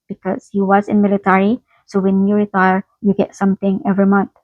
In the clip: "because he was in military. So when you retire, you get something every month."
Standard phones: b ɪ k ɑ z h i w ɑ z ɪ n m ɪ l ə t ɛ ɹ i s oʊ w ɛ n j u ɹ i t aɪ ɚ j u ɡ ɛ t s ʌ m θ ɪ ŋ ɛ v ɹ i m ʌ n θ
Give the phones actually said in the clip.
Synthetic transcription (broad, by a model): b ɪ k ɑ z h i w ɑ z ɪ n m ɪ l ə t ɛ ɹ i s oʊ w ɛ n j u ɹ i t aɪ ɚ j u ɡ ɛ t s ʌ m t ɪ ŋ ɛ v ɹ i m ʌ n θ